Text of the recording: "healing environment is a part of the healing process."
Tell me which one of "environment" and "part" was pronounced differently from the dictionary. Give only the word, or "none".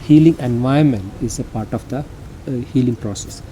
environment